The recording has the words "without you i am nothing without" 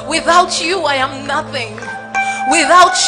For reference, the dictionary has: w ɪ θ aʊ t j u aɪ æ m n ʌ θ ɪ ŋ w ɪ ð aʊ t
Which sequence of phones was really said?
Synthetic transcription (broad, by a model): w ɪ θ aʊ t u aɪ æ m n ʌ θ ɪ ŋ w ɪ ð aʊ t